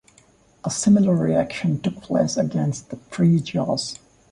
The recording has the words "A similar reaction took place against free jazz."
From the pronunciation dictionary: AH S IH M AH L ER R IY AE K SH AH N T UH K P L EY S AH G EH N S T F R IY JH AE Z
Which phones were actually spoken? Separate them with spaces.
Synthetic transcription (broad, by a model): AH S IH M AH L ER R IY AE K SH AH N T UH K P L EY S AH G EH N S T P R IY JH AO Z